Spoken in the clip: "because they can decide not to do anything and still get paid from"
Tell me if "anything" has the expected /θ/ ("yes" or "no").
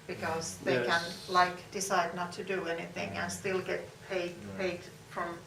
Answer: yes